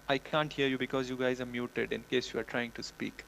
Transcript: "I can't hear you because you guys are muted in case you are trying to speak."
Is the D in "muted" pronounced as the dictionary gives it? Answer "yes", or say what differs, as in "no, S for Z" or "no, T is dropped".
yes